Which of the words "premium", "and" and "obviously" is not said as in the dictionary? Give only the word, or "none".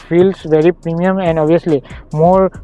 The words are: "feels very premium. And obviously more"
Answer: obviously